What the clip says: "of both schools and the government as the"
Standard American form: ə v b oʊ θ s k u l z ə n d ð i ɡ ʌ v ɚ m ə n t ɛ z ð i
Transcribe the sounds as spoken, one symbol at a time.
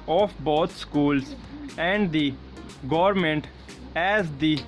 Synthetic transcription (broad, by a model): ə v b oʊ t s k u l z ə n d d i ɡ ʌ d m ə n t ɛ z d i